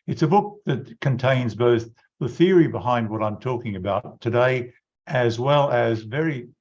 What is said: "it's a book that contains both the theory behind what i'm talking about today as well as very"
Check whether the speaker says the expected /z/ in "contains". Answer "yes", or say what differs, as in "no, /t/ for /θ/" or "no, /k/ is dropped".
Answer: yes